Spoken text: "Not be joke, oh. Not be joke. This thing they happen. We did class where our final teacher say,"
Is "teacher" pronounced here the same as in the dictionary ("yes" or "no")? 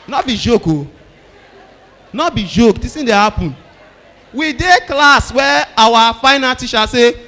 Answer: no